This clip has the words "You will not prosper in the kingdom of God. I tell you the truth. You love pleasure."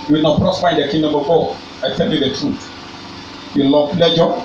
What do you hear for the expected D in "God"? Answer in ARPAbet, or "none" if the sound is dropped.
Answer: none